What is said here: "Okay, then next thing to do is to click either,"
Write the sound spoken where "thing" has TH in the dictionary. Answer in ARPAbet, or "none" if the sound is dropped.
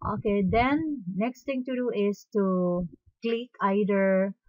T